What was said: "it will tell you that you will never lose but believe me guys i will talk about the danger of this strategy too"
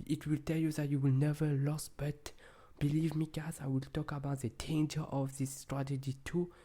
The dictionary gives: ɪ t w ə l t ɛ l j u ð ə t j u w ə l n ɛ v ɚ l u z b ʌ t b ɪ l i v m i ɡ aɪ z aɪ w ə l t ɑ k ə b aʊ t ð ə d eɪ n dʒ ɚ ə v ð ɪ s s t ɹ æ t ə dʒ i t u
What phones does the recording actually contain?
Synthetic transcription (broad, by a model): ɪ t w ə l t ɛ l j u ð ə t j u w ə l n ɛ v ɚ l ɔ s b ʌ t b ɪ l i v m i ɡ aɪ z aɪ w ə l t ɑ k ə b aʊ t ð ə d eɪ n dʒ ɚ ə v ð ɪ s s t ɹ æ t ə dʒ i t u